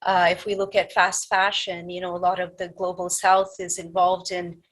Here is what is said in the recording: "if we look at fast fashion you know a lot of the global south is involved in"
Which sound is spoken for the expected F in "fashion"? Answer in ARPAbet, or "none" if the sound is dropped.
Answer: F